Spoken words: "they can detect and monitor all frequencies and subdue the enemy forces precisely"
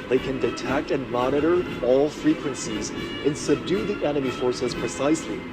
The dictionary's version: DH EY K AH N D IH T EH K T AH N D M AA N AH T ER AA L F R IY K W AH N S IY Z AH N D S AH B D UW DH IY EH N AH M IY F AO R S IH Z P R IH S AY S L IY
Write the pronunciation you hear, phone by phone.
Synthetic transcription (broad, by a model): DH EY K AH N D IH T EH K T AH N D M AA N AH T ER AA L F R IY K W AH N S IY Z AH N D S AH B D UW DH IY EH N AH M IY F AO R S IH Z P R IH S AY S L IY